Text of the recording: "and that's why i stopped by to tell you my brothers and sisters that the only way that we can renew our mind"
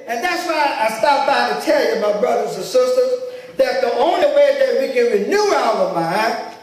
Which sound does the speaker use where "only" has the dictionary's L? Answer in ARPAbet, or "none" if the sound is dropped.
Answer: L